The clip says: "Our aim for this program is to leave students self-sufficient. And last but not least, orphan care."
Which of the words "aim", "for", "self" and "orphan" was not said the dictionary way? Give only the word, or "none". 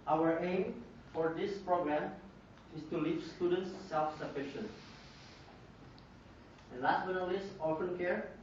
orphan